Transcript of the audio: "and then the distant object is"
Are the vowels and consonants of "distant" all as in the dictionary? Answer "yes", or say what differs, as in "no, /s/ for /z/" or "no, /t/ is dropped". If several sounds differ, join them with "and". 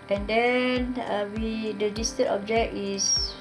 no, /n/ is dropped